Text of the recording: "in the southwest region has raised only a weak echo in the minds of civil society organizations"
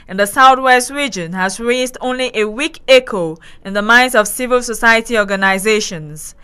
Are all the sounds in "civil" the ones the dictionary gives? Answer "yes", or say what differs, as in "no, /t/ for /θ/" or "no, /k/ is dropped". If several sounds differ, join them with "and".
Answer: yes